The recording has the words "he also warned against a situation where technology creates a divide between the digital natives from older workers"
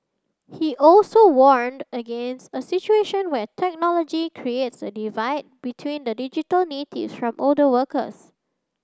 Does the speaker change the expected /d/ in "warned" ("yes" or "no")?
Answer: no